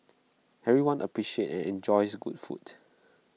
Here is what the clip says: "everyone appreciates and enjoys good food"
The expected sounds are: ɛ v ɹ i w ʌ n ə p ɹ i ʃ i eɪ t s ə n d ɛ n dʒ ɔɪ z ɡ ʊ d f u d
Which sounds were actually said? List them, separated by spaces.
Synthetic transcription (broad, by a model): ɛ ɹ i w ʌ n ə p ɹ i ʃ i eɪ t ə n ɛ n dʒ ɔɪ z ɡ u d f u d